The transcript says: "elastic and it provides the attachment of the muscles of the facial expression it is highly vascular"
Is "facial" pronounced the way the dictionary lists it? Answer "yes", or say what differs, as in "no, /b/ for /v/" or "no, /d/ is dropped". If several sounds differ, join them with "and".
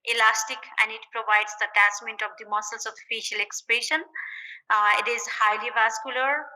yes